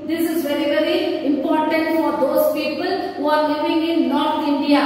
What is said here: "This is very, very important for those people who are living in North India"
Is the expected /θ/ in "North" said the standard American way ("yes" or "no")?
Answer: no